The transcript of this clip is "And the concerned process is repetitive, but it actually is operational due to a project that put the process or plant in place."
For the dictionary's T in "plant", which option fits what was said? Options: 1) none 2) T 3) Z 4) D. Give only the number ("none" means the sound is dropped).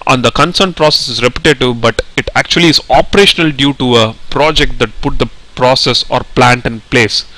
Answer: 2